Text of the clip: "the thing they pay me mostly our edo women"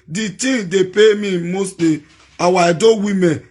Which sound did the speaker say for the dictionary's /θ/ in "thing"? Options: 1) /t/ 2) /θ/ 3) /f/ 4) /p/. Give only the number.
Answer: 1